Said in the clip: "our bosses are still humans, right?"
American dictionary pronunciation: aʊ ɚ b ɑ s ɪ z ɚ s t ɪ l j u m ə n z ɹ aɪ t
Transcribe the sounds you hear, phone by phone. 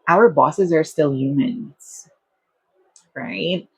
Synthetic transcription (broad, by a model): aʊ ɚ b ɑ s ɪ z ɚ s t ɪ l j u m ə n z ɹ aɪ t